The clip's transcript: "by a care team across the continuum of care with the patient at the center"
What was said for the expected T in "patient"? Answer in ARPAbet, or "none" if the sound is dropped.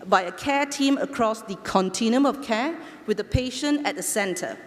none